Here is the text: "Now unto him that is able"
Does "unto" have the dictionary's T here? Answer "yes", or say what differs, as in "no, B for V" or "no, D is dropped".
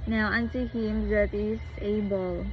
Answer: no, S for T